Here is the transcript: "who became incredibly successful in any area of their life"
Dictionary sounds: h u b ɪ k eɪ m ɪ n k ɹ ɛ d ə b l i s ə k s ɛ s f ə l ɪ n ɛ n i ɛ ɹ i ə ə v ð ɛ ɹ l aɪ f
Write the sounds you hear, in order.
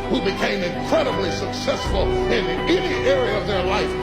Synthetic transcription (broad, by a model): h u b ɪ k eɪ m ɪ n k ɹ ɛ d ə b l i s ə k s ɛ s f ə l ɪ n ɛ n i ɛ ɹ i ə ə v ð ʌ ɹ l aɪ f